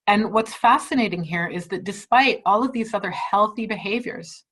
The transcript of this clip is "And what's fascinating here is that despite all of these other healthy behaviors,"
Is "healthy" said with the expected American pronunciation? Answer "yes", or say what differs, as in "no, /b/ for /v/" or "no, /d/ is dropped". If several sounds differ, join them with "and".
yes